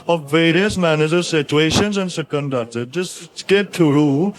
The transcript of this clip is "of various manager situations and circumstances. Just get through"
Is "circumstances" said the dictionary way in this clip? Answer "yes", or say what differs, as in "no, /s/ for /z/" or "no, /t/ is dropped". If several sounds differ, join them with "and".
no, /n/ is dropped and /z/ is dropped